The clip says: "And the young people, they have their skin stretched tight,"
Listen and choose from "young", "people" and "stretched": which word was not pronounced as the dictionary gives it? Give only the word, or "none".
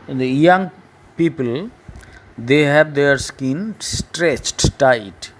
none